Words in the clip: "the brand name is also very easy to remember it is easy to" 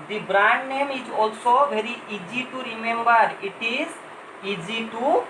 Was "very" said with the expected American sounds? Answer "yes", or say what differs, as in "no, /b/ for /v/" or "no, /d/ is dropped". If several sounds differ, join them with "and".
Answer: no, /b/ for /v/